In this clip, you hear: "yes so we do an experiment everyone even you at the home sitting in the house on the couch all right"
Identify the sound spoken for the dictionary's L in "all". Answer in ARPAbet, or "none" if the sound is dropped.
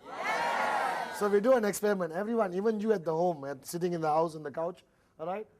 L